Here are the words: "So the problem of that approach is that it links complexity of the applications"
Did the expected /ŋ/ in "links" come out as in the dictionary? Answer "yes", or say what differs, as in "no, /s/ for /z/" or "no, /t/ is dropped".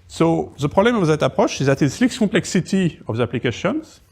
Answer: no, /ŋ/ is dropped